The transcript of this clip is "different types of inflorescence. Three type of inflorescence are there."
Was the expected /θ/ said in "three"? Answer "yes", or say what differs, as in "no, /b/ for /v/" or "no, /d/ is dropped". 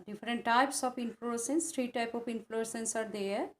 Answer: no, /t/ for /θ/